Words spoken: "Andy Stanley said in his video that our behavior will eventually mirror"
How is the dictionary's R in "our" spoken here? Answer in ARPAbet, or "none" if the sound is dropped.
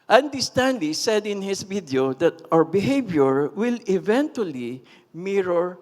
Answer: R